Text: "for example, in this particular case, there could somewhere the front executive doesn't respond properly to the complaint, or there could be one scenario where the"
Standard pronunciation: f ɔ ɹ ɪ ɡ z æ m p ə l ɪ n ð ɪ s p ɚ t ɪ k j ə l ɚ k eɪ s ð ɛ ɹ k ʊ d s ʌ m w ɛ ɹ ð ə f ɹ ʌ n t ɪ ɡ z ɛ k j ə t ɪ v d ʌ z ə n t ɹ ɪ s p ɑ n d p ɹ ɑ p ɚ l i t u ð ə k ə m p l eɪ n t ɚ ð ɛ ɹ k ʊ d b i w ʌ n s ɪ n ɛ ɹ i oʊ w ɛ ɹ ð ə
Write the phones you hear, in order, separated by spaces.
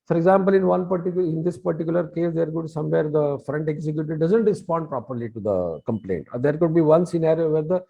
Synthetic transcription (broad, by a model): f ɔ ɹ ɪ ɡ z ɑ m p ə l ɪ n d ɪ s p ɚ t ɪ k j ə l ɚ k eɪ s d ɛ ɹ k ʊ d s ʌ m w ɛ ɹ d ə f ɹ ʌ n t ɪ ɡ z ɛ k j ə t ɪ d ʌ z ə n t ɹ ɪ s p ɑ n d p ɹ ɑ p ɚ l i t u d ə k ə m p l eɪ n t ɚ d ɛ ɹ k ʊ d b i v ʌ n s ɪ n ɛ ɹ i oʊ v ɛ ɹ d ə